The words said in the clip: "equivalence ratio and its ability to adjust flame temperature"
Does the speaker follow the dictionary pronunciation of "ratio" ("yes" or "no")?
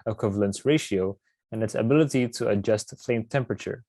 yes